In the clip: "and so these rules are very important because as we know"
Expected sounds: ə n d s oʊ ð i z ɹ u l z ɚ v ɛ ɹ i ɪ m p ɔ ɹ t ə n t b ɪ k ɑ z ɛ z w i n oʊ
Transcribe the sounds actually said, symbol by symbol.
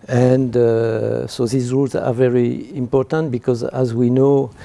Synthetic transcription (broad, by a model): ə n d s oʊ ð i z ɹ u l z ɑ v ɛ ɹ i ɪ m p ɔ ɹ t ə n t b ɪ k ɑ z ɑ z w i n oʊ